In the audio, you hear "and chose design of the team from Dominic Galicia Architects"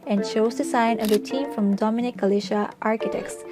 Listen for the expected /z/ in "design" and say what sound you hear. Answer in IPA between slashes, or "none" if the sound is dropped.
/s/